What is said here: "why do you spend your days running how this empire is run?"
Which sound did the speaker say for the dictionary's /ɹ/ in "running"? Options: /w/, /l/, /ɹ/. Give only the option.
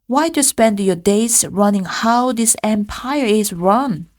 /ɹ/